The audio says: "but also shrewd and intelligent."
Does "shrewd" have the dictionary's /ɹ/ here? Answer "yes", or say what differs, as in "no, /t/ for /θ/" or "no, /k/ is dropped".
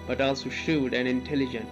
no, /ɹ/ is dropped